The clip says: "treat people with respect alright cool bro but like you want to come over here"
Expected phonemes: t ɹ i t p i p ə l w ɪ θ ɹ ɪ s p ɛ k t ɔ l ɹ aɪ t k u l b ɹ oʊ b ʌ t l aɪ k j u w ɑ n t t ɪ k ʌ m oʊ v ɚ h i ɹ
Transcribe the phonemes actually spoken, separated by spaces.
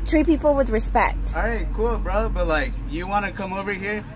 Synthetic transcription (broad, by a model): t ɹ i p i p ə l w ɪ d ɹ ɪ s p ɛ k t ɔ ɹ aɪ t k u l b ɹ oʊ b ʌ t l aɪ k j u w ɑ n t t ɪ k ʌ m oʊ v ɚ h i ɹ